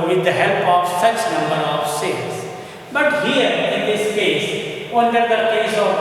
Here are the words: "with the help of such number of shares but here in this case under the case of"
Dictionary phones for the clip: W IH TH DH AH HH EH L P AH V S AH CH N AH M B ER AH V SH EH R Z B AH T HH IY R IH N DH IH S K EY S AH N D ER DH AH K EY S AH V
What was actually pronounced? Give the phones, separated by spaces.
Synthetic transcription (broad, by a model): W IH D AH HH EH L P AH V S AH CH N AH M B ER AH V S EH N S B AH T HH IY R IH N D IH S K EY S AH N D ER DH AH K EY S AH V